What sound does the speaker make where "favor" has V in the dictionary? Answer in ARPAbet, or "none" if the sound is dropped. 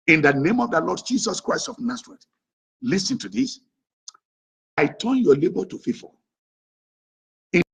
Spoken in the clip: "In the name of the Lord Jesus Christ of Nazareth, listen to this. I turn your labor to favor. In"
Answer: F